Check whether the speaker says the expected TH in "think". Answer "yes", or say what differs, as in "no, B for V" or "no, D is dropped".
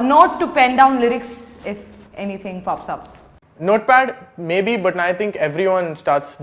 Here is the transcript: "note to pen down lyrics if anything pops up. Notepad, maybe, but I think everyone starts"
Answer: no, T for TH